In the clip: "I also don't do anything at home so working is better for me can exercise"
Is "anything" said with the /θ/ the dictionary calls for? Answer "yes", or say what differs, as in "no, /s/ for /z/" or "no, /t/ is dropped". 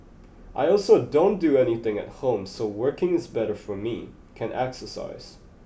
yes